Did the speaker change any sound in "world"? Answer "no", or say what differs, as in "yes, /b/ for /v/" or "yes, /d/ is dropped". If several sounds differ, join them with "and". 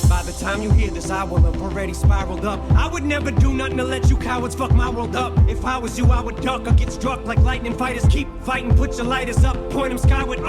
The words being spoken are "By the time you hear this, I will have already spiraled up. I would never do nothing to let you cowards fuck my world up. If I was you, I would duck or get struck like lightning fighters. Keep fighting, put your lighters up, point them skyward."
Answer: no